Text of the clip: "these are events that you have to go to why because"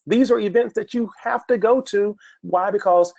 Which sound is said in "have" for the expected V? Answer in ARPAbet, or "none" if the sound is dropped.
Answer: F